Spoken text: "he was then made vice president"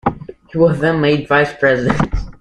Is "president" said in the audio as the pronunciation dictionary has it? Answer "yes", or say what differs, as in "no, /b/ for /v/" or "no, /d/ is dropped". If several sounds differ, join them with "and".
yes